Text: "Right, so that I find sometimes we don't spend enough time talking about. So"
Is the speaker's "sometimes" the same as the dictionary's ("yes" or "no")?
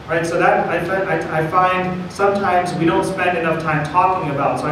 yes